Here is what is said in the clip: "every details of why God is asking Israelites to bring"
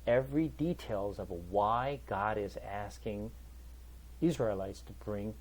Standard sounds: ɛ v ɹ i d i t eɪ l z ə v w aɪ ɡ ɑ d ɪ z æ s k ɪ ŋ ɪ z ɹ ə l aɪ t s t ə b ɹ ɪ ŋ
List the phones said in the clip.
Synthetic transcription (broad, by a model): ɛ v ɹ i d i t eɪ l z ə v w aɪ ɡ ɑ d ɪ z æ s k ɪ ŋ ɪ z ɹ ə l aɪ t s t ə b ɹ ɪ ŋ